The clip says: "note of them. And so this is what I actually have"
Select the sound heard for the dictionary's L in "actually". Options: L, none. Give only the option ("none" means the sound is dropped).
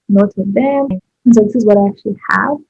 L